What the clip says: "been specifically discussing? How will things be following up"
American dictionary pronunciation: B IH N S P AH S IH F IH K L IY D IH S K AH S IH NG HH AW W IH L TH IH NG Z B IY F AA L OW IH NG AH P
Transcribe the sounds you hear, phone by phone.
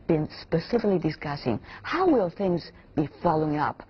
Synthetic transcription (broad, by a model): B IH N S P AH S IH F IH K L IY D IH S K AH S IH NG HH AW W IH L TH IH NG Z B IY F AA L OW IH NG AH P